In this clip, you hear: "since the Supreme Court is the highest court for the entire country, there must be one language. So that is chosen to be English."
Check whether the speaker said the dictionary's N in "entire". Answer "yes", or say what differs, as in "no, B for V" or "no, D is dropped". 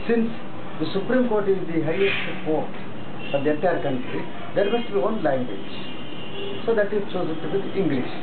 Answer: no, N is dropped